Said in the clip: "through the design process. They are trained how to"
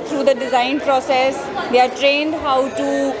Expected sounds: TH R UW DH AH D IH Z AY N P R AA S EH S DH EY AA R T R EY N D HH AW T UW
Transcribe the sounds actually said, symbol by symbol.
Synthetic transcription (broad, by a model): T R UW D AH D IH Z AY N P R AA S EH S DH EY AA R T R EY N D HH AW T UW